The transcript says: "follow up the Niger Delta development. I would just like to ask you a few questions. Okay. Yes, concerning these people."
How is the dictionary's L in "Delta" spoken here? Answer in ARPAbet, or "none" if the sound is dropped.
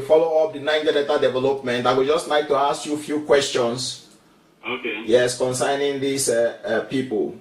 none